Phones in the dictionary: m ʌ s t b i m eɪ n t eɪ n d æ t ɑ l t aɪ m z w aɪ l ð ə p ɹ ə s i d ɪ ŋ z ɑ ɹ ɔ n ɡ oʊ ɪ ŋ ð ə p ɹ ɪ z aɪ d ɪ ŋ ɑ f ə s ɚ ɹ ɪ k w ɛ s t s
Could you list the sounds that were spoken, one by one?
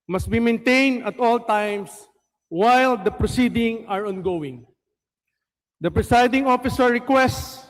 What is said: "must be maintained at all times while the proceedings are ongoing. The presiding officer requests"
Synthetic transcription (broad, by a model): m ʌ s t b i m eɪ n t eɪ n d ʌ t ɑ l t aɪ m s w aɪ l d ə p ɹ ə s i d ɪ ŋ ɑ ɹ ɔ n ɡ oʊ ɪ ŋ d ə p ɹ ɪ s aɪ d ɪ ŋ ɑ f ə s ɚ ɹ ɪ k w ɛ s t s